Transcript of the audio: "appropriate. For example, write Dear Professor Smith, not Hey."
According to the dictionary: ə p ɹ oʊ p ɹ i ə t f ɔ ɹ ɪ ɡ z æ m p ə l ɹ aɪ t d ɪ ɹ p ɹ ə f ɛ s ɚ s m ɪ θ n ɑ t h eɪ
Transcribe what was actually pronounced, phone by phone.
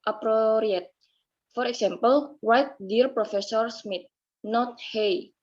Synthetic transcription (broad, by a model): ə p ɹ oʊ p ɹ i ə t f ɔ ɹ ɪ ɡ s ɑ m p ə l w aɪ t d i ɹ p ɹ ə f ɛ s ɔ s m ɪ t n ɑ t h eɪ